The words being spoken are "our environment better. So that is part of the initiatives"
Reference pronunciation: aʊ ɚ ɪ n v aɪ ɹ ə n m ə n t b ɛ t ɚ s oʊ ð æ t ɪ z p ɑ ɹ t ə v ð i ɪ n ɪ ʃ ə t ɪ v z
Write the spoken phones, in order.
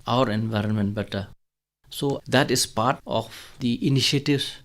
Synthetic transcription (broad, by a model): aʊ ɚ ɪ n v aɪ ɹ ə n m ə n t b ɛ t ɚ s oʊ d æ t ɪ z p ɑ ɹ t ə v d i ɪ n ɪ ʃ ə t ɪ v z